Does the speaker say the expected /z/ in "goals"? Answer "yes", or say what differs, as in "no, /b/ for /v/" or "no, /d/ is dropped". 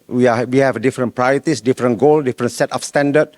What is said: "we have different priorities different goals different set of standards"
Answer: no, /z/ is dropped